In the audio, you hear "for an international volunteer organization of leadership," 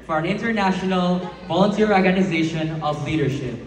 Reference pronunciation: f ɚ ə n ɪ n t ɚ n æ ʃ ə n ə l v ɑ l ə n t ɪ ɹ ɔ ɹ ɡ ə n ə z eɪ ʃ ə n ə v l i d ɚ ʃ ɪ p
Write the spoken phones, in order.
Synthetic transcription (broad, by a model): f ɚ ə n ɪ n t ɚ n æ ʃ ə n ə l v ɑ l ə n t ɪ ɹ ɔ ɹ ɡ ə n ə z eɪ ʃ ə n ə v l i d ɚ ʃ ɪ p